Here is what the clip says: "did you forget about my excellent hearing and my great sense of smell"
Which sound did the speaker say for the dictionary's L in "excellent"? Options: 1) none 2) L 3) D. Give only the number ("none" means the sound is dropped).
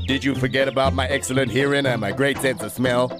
2